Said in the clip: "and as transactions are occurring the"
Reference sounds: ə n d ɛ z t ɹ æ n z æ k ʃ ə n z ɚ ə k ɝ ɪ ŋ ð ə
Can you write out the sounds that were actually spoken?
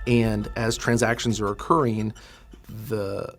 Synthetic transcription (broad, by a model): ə n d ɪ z t ɹ æ n z æ k ʃ ə n z ɚ ə k ɝ ɪ ŋ ð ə